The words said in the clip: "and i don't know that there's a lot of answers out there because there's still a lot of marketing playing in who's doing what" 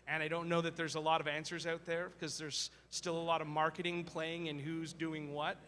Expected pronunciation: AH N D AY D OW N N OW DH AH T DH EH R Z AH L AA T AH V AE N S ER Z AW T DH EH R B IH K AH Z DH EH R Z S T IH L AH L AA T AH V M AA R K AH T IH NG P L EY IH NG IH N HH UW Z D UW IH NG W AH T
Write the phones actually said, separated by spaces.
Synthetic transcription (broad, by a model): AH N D AY D OW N N OW DH AH T DH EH R Z AH L AA T AH V AE N S ER Z AW T DH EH R K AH Z DH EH R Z S T IH L AH L AA T AH V M AA R K AH T IH NG P L EY IH NG IH N HH UW Z D UW IH NG W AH T